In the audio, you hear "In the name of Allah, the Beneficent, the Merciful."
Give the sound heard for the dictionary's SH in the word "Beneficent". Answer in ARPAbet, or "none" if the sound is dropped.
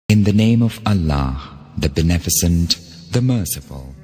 S